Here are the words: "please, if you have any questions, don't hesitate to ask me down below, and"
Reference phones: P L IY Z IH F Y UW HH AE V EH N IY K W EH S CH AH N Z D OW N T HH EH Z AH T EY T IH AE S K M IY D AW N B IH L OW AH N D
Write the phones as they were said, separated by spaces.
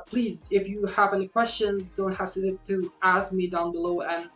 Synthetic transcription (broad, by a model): P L IY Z IH F Y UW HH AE V EH N IY K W EH S CH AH N D OW N T HH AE S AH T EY T IH AE S K M IY D AW N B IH L OW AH N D